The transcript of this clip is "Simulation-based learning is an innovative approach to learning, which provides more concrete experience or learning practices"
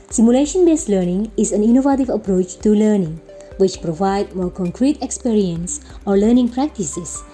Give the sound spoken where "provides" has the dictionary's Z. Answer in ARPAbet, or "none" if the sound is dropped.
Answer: none